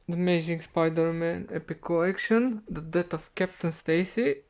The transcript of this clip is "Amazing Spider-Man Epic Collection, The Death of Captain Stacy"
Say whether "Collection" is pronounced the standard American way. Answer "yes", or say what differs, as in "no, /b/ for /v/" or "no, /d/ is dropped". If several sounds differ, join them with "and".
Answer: no, /l/ is dropped